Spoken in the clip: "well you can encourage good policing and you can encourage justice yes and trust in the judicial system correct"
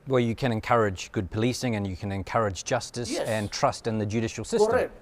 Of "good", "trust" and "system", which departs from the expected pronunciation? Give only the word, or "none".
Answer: none